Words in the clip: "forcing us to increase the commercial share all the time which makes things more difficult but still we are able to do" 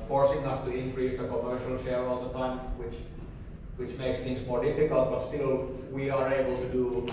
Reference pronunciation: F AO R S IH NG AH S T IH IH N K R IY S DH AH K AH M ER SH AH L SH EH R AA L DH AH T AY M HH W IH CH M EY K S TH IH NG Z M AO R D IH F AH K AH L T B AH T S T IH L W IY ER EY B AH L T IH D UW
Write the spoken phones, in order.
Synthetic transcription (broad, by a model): F AO R S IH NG AH S T IH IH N K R IY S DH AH K AH M ER SH AH L SH EH R AA L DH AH T AY M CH W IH CH M EY K S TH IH NG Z M AO R D IH F AH K AH L T B AH T S T IH L W IY ER EY B AH L T IH D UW